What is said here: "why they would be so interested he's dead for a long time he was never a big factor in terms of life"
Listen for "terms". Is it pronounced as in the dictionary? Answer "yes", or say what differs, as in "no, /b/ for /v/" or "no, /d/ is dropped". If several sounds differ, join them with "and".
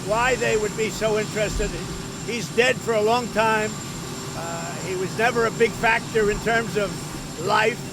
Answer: yes